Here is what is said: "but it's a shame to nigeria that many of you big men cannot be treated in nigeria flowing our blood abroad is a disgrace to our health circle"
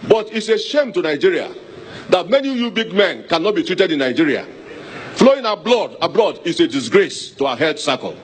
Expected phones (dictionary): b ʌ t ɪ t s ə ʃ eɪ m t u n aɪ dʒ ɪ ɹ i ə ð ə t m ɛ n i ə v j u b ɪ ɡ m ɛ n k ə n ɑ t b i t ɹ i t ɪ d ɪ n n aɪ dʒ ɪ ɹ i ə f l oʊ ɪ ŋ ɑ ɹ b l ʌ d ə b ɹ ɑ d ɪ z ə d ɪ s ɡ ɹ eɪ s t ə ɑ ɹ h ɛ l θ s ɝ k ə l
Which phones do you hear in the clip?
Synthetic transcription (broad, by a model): b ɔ t ɪ t s ə ʃ eɪ m t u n aɪ dʒ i ɹ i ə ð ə t m ɛ n i j u b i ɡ m ɛ n k ə n ɑ t b i t ɹ i t ɪ d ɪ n n aɪ dʒ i ɹ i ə f l oʊ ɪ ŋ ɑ b l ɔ d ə b l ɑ d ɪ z ə d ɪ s ɡ ɹ eɪ s t ə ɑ h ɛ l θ s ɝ k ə l